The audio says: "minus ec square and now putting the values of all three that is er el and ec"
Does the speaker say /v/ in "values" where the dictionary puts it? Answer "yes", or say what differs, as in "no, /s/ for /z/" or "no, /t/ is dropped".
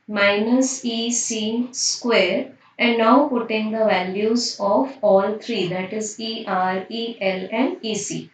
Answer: yes